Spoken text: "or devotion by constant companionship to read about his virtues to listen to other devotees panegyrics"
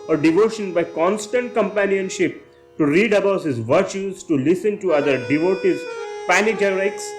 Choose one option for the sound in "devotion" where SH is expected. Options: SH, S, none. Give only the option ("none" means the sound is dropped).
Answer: SH